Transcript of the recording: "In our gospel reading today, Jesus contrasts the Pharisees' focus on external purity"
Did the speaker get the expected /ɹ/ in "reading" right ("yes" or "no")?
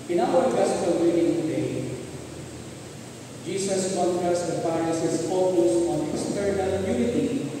no